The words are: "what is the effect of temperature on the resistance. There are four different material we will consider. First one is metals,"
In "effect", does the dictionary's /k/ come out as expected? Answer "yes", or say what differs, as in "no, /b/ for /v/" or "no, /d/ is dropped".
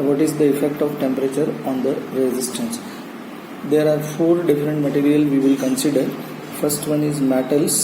yes